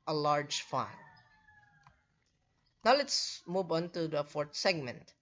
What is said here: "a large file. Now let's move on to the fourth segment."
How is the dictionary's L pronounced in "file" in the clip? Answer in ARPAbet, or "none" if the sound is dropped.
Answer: N